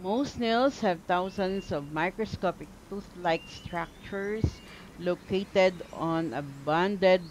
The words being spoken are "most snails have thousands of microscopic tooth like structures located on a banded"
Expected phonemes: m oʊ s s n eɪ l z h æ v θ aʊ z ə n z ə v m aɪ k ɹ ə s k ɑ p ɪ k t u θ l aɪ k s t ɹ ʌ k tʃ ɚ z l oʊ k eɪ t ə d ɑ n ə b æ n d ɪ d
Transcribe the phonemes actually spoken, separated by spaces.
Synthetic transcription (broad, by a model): m oʊ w s n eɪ l s h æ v t aʊ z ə n s ə v m aɪ k ɹ ə s k ɑ p ɪ k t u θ l aɪ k s t ɹ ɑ k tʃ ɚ s l oʊ k eɪ t ə d ɑ n ə b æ n d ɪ d